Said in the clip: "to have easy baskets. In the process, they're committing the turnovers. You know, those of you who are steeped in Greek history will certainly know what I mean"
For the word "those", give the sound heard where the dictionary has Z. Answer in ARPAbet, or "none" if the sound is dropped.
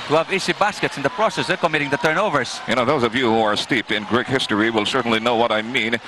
Z